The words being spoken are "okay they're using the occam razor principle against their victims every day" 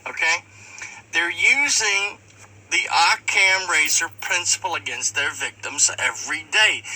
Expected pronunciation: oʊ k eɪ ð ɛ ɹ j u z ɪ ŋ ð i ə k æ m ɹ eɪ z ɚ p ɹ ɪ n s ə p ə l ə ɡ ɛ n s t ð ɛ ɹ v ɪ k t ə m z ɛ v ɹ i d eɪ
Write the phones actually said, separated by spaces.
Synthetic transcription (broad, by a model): oʊ k eɪ ð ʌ ɹ j u z ɪ ŋ ð i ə k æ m ɹ eɪ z ɚ p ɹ ɪ n s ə p l ə ɡ ɛ n s t ð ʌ ɹ v ɪ k t ə m z ɛ v ɹ i d eɪ